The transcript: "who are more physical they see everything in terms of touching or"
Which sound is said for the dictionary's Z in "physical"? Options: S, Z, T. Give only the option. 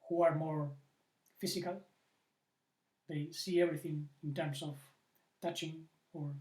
S